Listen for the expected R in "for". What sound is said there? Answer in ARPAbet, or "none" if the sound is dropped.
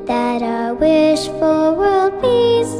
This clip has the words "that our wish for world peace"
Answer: L